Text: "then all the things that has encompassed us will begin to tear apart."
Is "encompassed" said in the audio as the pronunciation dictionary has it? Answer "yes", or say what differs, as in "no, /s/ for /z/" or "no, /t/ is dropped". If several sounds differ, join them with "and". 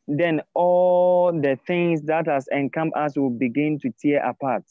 no, /p/ is dropped